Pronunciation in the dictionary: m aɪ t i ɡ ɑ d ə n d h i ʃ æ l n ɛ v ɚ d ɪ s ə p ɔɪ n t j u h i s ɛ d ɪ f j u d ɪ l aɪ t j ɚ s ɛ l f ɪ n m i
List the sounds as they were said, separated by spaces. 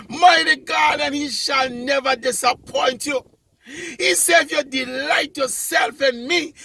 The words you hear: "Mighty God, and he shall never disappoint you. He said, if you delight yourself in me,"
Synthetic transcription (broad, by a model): m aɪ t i ɡ ɑ d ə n h i ʃ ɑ l n ɛ v ɚ d ɪ s ə p ɔɪ n t j u h i s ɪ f j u d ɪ l aɪ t j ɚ s ɛ l f ɪ n m i